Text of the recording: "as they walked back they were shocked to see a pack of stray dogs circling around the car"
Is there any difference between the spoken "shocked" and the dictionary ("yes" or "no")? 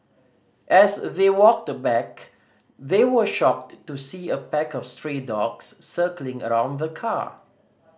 no